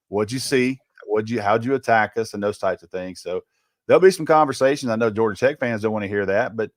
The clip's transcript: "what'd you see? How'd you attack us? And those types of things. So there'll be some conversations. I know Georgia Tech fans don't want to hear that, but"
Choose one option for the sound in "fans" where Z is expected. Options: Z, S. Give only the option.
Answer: Z